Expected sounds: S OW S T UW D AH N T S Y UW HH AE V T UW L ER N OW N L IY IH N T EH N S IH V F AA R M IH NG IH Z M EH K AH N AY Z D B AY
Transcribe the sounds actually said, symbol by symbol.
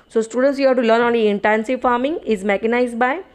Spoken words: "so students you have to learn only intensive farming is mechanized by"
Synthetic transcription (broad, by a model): S OW S T UW D AH N T S Y UW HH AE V T UW L ER N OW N IY IH N T EH N S IH V F AA R M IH NG IH Z M EH K AH N AY Z D B AY